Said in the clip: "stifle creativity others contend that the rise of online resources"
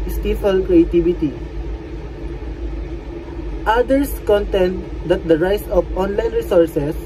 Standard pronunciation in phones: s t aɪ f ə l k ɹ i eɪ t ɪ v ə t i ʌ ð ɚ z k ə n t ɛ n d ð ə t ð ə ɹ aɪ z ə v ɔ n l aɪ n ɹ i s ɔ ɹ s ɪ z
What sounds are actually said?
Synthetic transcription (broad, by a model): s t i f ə l k ɹ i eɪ t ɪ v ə t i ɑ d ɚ s k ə n t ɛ n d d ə t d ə ɹ aɪ s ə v ɔ n l aɪ n ɹ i s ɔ ɹ s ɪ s